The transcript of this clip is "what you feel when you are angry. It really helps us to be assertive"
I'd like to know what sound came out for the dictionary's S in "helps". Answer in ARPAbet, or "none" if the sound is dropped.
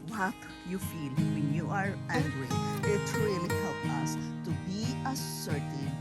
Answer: none